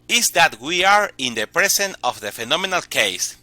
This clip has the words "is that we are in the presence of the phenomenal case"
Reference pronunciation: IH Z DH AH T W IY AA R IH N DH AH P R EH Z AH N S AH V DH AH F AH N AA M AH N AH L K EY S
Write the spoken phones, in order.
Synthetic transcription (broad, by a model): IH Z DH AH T W IY AA R IH N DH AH P R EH S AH N AH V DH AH F AH N AA M AH N AH L K EY S